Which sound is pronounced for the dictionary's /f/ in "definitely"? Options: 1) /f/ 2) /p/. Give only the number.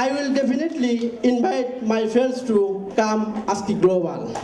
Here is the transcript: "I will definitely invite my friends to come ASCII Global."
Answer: 2